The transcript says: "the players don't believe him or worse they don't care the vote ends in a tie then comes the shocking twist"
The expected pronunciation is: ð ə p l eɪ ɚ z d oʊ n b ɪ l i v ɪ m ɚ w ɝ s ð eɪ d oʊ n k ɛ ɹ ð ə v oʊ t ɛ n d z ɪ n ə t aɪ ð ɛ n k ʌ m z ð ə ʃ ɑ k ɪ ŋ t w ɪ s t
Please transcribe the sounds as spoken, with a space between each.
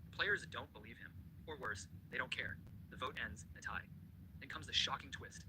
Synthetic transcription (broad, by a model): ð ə p l eɪ ɚ z d oʊ n b ɪ l i v ɪ m ɚ w ɝ s ð eɪ d oʊ n k ɛ ɹ ð ə v oʊ t ɛ n d z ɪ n ə t aɪ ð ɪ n k ʌ m z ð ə ʃ ɑ k ɪ ŋ t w ɪ s t